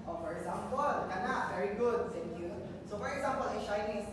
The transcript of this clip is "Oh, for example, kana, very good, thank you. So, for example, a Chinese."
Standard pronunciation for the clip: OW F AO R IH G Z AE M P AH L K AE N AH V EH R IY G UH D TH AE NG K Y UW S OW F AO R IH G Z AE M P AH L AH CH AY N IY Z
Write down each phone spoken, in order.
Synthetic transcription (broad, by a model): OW F AO R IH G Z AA M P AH L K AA N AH V EH R IY G UH D S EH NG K Y UW S OW F AO R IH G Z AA M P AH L AH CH AY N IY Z